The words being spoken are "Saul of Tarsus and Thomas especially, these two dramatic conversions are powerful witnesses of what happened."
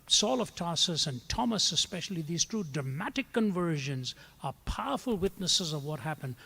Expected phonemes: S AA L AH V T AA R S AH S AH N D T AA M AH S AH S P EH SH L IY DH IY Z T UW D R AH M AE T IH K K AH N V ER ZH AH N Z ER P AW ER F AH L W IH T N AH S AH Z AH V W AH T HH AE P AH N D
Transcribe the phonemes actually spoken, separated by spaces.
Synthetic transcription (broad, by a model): S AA L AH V T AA S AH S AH N T AA M AH S AH S P EH SH L IY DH IY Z T UW D R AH M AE T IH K K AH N V ER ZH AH N Z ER P AW ER F AH L W IH T N AH S AH Z AH V W AH T HH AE P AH N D